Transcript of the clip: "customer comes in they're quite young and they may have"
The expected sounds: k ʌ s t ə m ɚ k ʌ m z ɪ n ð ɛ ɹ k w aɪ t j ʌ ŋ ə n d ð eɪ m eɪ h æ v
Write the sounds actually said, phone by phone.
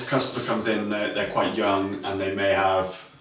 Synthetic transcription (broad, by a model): k ʌ s t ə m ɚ k ʌ m z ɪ n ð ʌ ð k w aɪ t j ʌ ŋ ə n ð eɪ m eɪ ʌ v